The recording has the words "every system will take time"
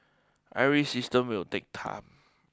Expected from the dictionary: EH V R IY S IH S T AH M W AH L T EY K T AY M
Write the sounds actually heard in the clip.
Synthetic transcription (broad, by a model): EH R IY S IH S T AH M W AH L T EY K T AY M